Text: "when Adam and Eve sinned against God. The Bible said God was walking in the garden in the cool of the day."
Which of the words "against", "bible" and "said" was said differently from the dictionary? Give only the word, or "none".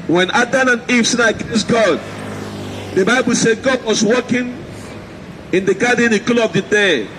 against